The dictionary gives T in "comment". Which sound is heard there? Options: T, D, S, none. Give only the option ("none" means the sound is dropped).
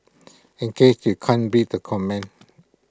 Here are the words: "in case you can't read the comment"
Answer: none